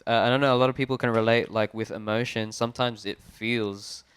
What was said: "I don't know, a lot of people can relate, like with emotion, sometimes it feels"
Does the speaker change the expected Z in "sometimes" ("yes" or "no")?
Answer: no